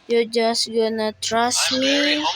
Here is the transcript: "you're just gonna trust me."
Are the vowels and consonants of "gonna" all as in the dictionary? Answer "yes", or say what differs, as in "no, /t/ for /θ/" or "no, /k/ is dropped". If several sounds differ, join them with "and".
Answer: yes